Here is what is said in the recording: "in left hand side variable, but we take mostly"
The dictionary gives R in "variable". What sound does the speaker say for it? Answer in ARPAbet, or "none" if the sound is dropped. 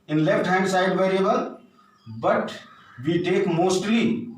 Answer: R